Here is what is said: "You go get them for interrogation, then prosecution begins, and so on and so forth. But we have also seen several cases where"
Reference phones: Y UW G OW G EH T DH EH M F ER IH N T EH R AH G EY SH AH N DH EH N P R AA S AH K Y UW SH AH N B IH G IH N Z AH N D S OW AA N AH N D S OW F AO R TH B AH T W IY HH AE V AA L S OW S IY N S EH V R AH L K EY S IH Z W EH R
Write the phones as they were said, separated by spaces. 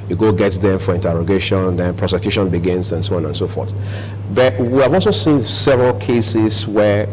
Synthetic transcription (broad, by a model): Y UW G OW G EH T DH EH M F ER IH N T EH R AH G EY SH AH N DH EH N P R AA S AH K Y UW SH AH N B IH G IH N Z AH N S OW AA N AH N S OW F AO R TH B AH T W IY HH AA V AA L S OW S IY N S EH V R AH L K EY S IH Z W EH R